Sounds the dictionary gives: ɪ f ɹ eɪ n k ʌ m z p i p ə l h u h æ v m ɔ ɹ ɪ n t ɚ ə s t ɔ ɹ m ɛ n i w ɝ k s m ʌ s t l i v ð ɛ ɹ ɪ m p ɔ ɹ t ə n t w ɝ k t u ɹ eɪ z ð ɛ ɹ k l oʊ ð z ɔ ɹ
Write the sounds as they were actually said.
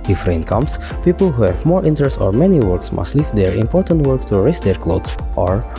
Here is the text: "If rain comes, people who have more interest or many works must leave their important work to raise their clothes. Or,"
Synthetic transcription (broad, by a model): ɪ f ɹ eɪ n k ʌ m s p i p ə l h u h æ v m ɔ ɹ ɪ n t ɚ ə s t ɔ ɹ m ɛ n i w ɝ k s m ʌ s t l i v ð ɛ ɹ ɪ m p ɔ ɹ t ə n t w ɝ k t u ɹ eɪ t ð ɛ ɹ k l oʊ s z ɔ ɹ